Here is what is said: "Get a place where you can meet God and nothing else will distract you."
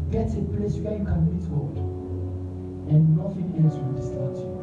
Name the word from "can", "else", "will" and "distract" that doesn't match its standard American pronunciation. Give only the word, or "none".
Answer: distract